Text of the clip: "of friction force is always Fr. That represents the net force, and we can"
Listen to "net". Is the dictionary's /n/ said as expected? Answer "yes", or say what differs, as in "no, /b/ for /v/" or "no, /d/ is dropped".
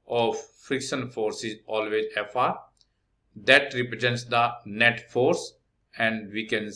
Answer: yes